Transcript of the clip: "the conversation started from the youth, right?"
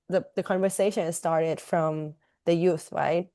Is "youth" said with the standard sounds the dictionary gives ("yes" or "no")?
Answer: yes